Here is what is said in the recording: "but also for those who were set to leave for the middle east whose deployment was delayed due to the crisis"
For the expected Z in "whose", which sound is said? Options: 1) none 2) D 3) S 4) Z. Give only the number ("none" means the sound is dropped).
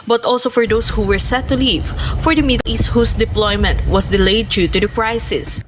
3